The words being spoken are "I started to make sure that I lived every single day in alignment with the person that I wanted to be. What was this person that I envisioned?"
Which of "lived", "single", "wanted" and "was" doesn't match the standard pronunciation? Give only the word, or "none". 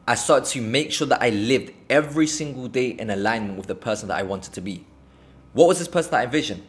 none